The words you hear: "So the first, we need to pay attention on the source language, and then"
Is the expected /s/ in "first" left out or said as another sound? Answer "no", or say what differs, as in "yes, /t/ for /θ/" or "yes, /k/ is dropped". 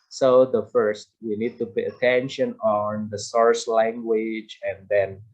no